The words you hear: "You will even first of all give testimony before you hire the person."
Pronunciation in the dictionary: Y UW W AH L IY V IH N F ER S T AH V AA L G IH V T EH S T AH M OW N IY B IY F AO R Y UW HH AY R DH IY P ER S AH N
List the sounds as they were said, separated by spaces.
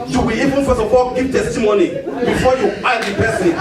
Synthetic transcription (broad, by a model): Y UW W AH IY V IH N F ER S AH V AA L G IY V T EH S T AH M OW N IY B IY F AO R Y UW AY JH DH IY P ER S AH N